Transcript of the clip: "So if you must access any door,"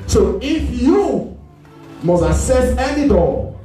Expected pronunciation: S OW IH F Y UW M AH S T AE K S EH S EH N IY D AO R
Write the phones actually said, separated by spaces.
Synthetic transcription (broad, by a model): S OW IH F Y UW M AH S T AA S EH S EH N IY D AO